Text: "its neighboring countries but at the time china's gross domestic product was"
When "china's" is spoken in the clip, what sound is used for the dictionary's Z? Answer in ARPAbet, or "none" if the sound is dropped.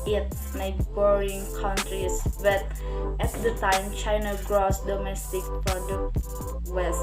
none